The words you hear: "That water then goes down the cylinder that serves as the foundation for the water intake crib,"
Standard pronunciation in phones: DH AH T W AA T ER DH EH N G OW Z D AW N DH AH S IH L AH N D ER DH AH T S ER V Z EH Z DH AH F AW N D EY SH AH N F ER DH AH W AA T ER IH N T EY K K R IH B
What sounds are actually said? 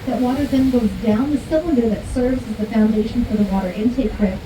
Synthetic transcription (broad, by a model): DH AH T W AA T ER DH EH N G OW Z D AW N DH AH S IH L AH N D ER DH AH T S ER V Z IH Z DH AH F AW N D EY SH N F ER DH AH W AA T ER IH N T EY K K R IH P